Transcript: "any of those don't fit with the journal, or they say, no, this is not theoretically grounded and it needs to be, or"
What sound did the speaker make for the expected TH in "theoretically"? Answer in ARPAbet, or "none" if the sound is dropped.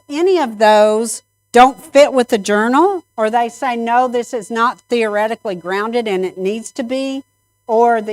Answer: TH